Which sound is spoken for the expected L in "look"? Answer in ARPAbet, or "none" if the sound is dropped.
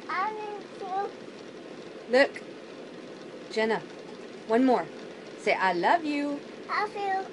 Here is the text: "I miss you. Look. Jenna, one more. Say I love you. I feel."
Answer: L